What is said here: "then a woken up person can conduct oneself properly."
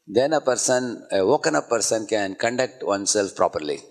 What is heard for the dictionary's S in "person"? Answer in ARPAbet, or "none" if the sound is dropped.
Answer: S